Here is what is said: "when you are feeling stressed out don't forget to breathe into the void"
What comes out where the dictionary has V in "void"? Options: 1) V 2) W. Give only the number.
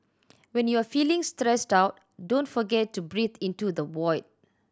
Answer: 2